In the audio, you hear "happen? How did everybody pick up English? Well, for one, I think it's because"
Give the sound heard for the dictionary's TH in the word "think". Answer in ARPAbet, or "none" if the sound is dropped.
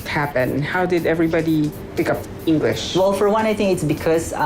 T